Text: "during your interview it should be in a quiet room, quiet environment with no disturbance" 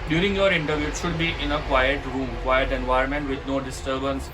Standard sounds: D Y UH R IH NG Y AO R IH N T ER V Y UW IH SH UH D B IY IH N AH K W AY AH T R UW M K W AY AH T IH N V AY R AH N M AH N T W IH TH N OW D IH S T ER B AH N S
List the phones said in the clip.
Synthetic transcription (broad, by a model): D Y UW R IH NG Y AO R IH N T ER V Y UW SH UH D B IY IH N AH K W AY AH T R UW M K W AY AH T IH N V AY AH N M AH N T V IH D N OW D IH S T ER B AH N S